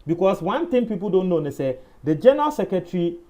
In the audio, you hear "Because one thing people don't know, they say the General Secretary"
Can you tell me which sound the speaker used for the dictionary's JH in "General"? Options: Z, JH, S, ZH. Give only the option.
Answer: JH